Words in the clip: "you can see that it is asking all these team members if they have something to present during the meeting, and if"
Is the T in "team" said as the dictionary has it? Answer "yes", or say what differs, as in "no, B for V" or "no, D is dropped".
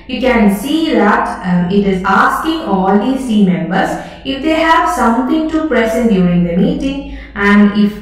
no, S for T